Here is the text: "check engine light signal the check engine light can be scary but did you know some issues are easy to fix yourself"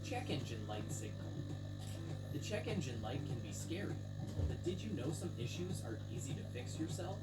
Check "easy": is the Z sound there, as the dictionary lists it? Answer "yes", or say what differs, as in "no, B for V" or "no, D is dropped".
yes